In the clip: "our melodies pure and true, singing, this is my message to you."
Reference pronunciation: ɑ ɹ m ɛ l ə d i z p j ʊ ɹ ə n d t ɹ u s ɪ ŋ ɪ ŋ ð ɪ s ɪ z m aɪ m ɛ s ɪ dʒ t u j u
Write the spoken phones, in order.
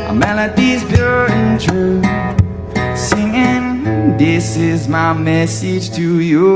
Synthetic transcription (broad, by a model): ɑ m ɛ l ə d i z b j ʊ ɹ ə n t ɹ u s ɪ ŋ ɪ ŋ ð ɪ s ɪ z m aɪ m ɛ s ɪ dʒ t u j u